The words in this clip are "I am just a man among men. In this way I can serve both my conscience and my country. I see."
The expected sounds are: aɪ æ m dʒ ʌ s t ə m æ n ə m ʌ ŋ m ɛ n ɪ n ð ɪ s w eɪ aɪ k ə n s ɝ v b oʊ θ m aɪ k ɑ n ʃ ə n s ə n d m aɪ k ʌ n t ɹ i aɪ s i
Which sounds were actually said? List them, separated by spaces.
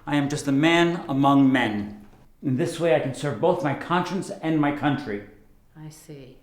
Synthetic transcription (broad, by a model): aɪ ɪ m dʒ ʌ s t ə m æ n ə m ʌ ŋ m ɛ n ɪ n ð ɪ s w eɪ aɪ k ə n s ɝ v b oʊ θ m aɪ k ɑ n ʃ ə n s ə n m aɪ k ʌ n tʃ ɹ i aɪ s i